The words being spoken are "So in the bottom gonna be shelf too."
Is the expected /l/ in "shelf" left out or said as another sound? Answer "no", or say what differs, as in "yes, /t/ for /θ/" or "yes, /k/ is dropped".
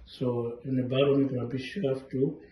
yes, /l/ is dropped